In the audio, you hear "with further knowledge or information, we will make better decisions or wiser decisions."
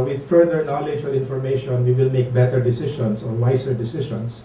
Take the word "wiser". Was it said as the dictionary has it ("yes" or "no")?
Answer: no